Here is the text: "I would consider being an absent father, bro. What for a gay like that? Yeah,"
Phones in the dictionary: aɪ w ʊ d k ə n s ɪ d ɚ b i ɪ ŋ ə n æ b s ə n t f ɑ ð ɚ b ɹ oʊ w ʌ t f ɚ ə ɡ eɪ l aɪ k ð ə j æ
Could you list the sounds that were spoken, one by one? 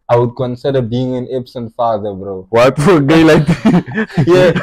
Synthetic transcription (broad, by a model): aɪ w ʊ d k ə n s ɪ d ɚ b i ɪ ŋ ə n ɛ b s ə n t f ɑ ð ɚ b ɹ oʊ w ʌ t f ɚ ə ɡ eɪ l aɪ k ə j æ